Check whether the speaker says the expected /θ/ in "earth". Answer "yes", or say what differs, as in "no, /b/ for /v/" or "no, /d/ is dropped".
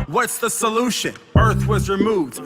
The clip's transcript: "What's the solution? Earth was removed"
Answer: yes